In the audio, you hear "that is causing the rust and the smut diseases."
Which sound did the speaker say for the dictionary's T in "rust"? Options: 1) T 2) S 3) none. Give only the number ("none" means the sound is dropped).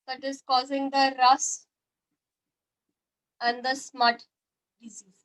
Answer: 3